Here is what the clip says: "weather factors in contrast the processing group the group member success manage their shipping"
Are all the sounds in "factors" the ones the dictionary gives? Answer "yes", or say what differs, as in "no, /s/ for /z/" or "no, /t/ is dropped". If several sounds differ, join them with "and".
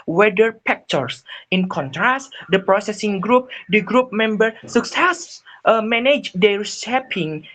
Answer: no, /p/ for /f/ and /s/ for /z/